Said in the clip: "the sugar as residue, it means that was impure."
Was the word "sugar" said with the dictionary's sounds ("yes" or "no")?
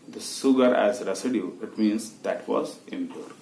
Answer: no